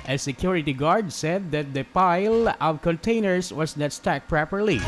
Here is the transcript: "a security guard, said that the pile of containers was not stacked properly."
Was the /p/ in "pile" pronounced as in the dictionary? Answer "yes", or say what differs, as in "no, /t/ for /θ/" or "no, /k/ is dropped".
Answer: yes